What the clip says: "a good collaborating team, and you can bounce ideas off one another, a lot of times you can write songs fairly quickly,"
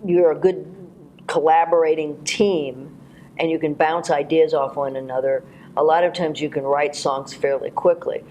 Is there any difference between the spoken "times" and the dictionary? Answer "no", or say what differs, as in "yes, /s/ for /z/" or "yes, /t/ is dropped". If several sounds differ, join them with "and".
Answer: no